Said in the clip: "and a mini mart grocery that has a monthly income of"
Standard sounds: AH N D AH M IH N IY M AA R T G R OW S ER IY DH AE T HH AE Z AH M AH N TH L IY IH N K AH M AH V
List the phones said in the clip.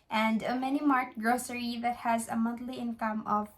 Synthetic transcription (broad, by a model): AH N D AH M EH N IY M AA R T G R OW S ER IY DH AE T HH AE Z AH M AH N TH L IY IH N K AH M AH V